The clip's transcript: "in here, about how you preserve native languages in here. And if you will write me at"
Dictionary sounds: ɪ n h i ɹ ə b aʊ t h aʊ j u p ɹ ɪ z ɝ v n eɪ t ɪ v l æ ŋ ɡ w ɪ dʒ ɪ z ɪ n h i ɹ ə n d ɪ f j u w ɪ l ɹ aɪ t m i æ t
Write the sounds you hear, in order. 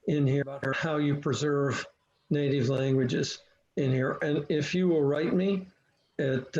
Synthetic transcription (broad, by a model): ɪ n h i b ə ʌ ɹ h aʊ j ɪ p ɹ ɪ z ɝ v n eɪ t ɪ v l æ ŋ ɡ w ɪ dʒ ɪ z ɪ n h i ɹ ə n ɪ f j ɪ w ɪ l ɹ aɪ t m i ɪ t